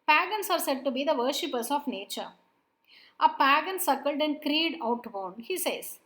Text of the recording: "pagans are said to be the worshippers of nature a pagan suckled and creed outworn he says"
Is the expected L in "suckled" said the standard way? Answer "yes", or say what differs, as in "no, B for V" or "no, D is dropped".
yes